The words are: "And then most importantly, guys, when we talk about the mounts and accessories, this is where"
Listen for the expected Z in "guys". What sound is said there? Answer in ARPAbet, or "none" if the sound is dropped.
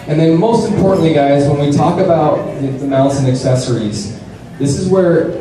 Z